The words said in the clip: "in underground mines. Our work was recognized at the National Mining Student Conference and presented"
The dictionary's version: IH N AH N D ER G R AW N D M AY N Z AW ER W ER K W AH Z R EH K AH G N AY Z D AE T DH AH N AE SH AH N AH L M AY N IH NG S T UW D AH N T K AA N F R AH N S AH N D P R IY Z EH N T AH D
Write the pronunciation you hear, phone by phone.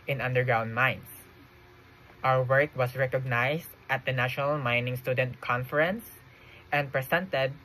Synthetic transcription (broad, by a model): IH N AH N D ER G R AW N D M AY N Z AW ER W ER K W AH S R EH K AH G N AY S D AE T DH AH N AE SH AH N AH L M AY N IH NG S T UW D AH N T K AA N F R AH N S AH N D P R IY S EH N T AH D